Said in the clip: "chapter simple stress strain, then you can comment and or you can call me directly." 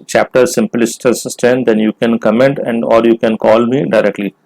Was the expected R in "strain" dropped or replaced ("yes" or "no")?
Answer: yes